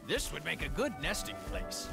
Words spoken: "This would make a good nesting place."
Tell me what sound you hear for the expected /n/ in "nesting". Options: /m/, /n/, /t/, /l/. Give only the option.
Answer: /n/